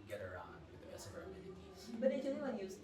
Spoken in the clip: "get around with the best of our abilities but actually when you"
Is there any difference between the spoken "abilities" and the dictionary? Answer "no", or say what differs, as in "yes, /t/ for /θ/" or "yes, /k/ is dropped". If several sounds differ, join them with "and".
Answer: yes, /z/ is dropped